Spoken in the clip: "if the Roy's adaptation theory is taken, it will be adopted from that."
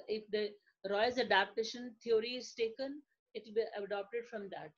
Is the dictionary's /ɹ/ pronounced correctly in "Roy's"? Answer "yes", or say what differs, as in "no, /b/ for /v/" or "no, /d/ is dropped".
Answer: yes